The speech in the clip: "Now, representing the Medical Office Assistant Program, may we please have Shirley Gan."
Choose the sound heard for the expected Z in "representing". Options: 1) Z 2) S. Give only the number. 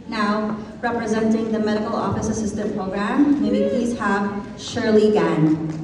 1